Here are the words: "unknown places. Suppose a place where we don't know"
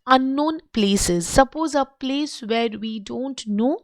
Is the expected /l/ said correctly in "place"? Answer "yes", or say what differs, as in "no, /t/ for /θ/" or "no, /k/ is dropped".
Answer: yes